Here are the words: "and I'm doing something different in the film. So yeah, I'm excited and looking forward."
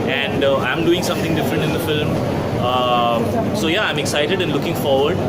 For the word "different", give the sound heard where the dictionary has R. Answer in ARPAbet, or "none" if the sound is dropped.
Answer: R